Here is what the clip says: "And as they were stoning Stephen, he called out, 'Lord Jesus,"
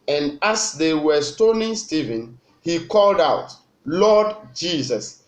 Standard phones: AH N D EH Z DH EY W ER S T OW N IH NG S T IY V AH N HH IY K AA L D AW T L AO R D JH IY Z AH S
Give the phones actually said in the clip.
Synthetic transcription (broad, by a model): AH N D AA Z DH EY W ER S T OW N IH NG S T IY V AH N HH IY K AA L D AW T L AO D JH IY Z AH S